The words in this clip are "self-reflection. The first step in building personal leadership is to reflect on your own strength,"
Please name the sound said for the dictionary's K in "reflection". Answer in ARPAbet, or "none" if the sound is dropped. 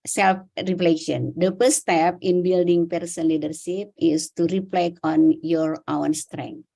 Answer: none